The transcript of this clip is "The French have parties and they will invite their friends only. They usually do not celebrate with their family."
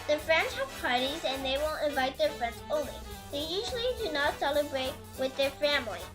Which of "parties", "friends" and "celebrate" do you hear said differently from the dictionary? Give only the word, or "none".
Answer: none